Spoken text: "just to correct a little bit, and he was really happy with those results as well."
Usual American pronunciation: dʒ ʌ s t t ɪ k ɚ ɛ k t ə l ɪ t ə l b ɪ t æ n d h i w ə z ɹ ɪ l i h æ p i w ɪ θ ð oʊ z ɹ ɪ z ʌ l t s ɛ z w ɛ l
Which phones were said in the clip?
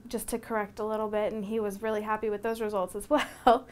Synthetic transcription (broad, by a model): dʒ ʌ s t t ɪ k ɚ ɛ k t ə l ɪ t l b ɪ t n i w ə z ɹ ɪ l i h æ p i w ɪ ð oʊ z ɹ ɪ z ʌ l t s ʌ z w ɛ l